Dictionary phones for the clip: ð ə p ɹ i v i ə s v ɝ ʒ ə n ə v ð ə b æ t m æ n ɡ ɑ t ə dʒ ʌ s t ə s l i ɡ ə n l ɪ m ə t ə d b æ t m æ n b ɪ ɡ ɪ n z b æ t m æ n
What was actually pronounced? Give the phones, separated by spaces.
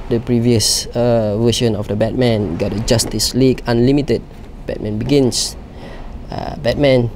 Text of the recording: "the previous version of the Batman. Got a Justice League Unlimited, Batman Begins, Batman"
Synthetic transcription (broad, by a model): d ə p ɹ i v i ə s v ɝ ʃ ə n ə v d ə b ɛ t m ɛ n ɡ ɑ t ə dʒ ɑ s t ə s l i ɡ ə n l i m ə t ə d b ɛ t m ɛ n b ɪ ɡ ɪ n s b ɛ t m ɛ n